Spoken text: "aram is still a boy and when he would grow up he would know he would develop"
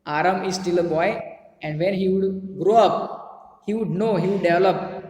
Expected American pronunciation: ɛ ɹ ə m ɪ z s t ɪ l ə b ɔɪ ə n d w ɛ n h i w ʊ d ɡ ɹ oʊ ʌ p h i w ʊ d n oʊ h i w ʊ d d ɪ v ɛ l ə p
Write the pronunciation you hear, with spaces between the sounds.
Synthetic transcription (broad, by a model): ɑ ɹ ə m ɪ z s t ɪ l ə b ɔɪ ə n d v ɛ n h i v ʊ d ɡ ɹ oʊ ʌ p h i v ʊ d n oʊ h i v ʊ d d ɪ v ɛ l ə p